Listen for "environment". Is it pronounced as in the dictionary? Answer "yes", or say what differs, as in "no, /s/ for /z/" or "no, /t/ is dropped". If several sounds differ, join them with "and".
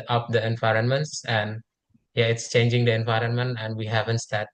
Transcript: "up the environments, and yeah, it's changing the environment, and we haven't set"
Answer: yes